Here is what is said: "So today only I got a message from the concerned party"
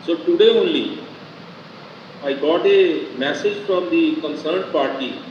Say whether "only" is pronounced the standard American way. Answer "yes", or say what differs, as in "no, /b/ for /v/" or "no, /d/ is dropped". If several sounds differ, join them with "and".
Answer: yes